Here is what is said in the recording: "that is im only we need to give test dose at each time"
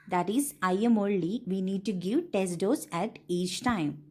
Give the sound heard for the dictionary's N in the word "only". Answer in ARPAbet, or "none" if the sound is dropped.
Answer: L